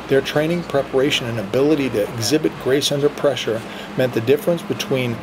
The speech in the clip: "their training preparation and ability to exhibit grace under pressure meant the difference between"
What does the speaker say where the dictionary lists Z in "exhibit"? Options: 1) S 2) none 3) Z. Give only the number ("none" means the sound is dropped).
3